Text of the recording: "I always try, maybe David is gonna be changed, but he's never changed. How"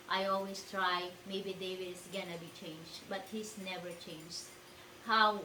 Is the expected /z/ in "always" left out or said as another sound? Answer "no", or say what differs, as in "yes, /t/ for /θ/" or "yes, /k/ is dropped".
yes, /s/ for /z/